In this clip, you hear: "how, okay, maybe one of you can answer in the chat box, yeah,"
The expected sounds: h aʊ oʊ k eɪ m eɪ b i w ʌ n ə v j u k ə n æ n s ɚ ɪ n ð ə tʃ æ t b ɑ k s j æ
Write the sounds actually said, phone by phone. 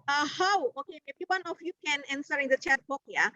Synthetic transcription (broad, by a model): h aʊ oʊ k eɪ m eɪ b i w ʌ n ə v j u k ə n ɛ n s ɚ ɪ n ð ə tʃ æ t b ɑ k j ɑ